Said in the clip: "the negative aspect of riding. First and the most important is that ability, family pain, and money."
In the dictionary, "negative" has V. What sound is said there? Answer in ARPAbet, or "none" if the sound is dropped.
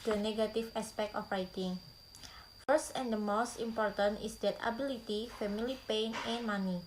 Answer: F